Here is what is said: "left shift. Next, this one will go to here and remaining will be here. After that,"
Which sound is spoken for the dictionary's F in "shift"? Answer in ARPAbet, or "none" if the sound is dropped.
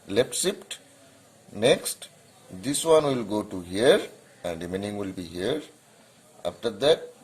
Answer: P